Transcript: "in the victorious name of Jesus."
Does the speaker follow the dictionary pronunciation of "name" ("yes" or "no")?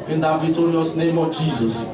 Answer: yes